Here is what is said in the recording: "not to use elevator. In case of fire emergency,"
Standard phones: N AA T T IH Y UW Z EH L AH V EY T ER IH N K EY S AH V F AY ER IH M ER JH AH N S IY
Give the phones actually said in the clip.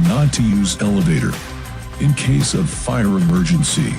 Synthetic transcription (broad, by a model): N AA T T IH Y UW Z EH L AH V EY T ER IH N K EY S AH V F AY ER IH M ER JH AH N S IY